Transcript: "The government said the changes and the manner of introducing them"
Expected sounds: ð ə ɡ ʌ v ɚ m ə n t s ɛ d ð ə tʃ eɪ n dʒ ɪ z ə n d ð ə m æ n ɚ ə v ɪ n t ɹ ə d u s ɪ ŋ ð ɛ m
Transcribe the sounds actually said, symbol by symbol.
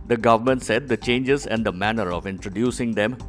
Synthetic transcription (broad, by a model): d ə ɡ ʌ v ɚ m ə n t s ɛ d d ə tʃ eɪ n dʒ ɪ z ə n d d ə m æ n ɚ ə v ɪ n t ɹ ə d u s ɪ ŋ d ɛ m